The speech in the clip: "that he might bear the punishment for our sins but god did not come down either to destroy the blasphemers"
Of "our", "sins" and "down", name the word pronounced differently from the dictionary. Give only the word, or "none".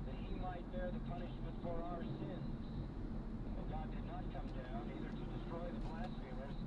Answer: none